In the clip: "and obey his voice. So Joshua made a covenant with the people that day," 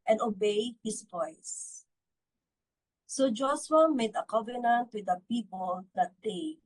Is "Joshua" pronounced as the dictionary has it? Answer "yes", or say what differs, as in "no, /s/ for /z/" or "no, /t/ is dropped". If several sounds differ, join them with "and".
no, /s/ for /ʃ/